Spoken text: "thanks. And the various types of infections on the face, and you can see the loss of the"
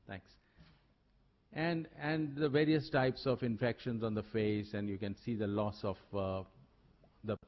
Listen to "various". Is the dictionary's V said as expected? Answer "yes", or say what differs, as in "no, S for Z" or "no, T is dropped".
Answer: yes